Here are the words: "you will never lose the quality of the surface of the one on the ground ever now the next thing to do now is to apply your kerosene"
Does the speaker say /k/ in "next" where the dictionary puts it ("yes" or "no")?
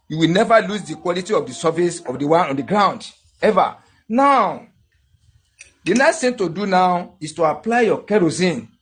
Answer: no